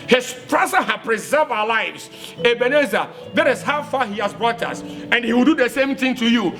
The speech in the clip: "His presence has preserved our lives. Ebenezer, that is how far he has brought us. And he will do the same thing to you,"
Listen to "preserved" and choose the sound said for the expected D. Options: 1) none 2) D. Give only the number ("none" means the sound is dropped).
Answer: 1